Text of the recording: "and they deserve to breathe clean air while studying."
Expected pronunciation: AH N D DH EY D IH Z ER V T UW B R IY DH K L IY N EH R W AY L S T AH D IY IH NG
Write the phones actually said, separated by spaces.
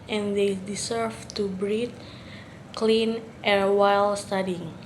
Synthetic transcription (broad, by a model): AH N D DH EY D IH S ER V T UW B R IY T K L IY N EH R W AY L S T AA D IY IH NG